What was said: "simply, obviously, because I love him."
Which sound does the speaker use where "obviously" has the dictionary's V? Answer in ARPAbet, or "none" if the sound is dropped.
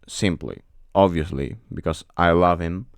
V